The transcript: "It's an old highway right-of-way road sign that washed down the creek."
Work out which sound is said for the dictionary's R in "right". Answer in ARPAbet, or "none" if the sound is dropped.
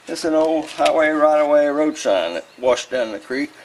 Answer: R